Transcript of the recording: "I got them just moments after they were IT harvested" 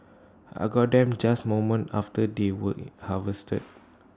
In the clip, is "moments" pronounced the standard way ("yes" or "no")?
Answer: no